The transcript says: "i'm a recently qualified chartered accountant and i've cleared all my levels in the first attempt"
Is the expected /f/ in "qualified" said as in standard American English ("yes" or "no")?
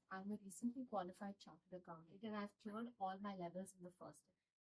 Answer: yes